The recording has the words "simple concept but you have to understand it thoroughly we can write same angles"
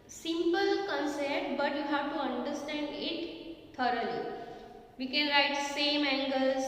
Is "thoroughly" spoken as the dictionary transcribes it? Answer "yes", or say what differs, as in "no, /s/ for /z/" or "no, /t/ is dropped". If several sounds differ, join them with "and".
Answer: no, /t/ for /θ/